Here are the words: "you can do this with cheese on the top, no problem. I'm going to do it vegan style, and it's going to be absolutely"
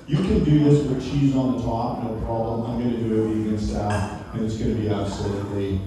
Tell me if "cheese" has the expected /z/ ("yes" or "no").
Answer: yes